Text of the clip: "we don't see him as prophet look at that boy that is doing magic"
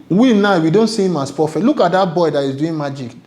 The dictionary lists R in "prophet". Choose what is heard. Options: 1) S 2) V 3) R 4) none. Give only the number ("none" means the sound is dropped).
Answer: 4